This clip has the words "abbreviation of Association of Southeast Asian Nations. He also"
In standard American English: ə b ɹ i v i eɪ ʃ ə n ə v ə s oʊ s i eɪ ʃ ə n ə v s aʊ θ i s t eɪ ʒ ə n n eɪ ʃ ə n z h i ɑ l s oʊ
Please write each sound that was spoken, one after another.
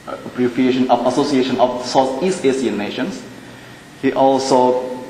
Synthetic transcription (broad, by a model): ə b ɹ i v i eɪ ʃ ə n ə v ə s oʊ s i eɪ ʃ ə n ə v s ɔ s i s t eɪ s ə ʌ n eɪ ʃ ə n s h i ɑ l s oʊ